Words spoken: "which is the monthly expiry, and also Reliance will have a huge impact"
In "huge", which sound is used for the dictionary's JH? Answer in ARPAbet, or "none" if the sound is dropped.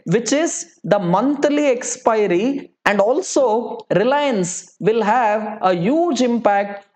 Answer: JH